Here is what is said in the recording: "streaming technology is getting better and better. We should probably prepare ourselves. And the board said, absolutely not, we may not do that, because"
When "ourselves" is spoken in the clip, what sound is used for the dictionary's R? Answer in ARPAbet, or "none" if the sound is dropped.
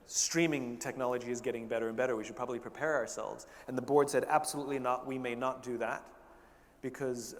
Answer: R